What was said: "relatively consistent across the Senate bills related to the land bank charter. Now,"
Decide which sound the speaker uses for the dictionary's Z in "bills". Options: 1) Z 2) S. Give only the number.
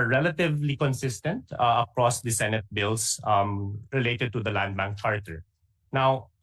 2